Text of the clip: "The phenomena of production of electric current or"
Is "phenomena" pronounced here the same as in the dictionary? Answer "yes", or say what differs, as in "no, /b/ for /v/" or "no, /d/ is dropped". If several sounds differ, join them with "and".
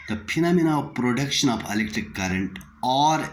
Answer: no, /p/ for /f/